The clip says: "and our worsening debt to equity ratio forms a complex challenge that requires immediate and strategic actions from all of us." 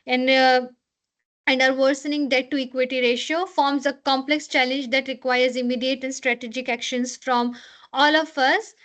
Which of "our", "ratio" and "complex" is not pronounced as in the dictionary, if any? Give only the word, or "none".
none